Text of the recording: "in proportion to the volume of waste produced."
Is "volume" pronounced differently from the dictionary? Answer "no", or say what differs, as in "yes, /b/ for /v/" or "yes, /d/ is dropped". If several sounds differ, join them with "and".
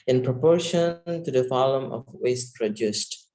yes, /f/ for /v/